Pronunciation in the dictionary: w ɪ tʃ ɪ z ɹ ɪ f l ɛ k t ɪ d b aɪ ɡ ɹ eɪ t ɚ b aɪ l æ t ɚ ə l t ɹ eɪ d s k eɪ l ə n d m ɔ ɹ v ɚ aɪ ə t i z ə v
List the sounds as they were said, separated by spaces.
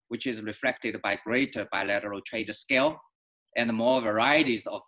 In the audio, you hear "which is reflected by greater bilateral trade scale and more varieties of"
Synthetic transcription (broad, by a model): w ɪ tʃ ɪ z ɹ ɪ f l ɛ k t ɪ d b aɪ ɡ ɹ eɪ t ɚ b aɪ l æ t ɚ ə l t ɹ eɪ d s k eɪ l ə n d m ɔ ɹ v ɚ aɪ ə t i z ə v